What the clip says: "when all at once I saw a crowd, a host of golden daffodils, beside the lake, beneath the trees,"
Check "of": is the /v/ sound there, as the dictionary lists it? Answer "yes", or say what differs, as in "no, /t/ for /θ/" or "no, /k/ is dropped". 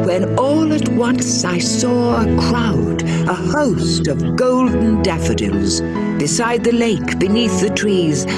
yes